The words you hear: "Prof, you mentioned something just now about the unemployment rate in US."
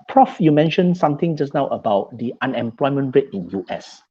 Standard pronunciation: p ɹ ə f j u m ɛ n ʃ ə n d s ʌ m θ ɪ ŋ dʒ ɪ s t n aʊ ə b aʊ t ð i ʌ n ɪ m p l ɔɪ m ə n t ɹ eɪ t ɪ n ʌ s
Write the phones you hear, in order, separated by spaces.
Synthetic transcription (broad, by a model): p ɹ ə f j u m ɛ n ʃ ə n s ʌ m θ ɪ ŋ dʒ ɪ s n aʊ ə b aʊ t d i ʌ n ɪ m p l ɔɪ m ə n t ɹ eɪ t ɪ n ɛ s